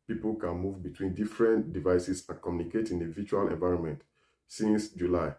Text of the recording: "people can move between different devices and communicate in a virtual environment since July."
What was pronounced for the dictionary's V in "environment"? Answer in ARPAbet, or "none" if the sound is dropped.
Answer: V